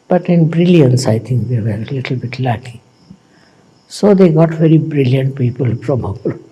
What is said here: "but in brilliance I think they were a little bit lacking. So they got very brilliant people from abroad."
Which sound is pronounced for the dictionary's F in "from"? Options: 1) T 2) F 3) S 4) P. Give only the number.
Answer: 4